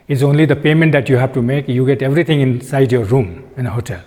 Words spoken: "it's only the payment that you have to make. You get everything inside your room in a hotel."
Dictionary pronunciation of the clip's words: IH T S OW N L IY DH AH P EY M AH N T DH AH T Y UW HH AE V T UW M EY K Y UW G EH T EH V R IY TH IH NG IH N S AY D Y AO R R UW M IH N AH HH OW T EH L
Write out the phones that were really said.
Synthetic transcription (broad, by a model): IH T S OW N L IY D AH P EY M AH N T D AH T Y UW HH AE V T UW M EY K Y UW G EH T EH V R IY T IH NG IH N S AY D Y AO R R UW M IH N AH HH OW T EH L